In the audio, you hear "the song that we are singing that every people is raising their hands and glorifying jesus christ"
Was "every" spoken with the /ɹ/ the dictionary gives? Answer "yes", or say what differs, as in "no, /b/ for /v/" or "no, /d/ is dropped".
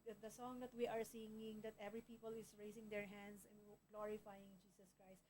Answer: yes